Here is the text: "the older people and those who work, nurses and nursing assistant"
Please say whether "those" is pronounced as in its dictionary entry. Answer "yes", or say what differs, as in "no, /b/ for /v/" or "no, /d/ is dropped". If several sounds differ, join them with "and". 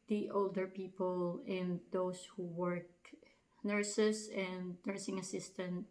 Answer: no, /s/ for /z/